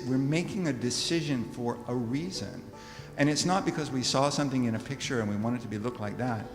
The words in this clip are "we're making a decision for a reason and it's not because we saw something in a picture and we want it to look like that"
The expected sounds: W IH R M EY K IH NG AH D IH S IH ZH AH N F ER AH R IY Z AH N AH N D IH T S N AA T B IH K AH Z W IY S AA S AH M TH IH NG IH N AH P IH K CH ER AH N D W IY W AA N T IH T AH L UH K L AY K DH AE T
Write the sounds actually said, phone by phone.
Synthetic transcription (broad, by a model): W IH R M EY K IH NG AH D IH S IH ZH AH N F ER AH R IY Z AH N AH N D IH T S N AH T B IH K AH Z W IY S AA S AH M TH IH NG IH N AH P IH K CH ER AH N W IY W AA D T IH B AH L UH K L AY K DH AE T